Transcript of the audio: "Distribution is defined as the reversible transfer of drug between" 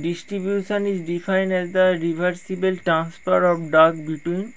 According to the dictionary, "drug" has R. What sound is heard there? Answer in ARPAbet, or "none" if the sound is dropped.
none